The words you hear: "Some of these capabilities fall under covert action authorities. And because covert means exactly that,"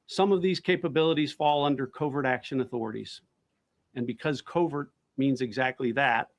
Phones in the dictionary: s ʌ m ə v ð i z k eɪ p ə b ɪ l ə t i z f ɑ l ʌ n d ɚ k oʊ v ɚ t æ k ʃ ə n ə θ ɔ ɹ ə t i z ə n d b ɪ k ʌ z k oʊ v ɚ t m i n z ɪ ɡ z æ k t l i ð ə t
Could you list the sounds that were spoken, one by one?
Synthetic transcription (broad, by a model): s ʌ m ə v ð i z k eɪ p ə b ɪ l ə t i z f ɑ l ʌ n d ɚ k oʊ v ɚ t æ k ʃ ə n ə θ ɔ ɹ ə t i z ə n b ɪ k ʌ z k oʊ v ɚ t m i n z ɪ ɡ z æ k t l i ð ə t